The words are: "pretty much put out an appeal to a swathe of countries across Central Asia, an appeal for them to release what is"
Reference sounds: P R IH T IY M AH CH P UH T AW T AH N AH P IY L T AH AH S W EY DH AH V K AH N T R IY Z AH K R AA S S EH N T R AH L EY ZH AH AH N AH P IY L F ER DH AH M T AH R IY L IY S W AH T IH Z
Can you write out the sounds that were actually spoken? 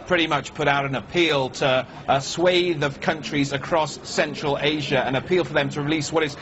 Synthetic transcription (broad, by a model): P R IH T IY M AH CH P UH T AW T AH N AH P IY L T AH AH S W EY DH AH V K AH N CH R IY Z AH K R AA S S EH N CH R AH L EY ZH AH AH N AH P IY L F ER DH AH M T AH R IY L IY S W AH T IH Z